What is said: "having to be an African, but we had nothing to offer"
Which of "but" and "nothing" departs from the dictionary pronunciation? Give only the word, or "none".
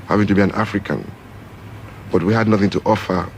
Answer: none